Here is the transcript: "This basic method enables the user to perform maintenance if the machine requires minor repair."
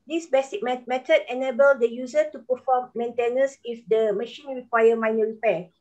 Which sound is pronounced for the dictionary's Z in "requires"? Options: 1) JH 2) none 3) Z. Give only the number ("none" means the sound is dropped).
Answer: 2